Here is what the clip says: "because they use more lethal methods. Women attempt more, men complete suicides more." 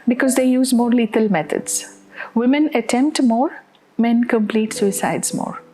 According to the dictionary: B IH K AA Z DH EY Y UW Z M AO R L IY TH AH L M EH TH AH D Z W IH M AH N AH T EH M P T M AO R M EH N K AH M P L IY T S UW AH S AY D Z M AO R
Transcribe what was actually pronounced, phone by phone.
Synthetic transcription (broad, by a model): B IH K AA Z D EY Y UW Z M AO R L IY T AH L M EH T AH D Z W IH M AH N AH T EH M P T M AO R M EH N K AH M P L IY T S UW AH S AY D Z M AO R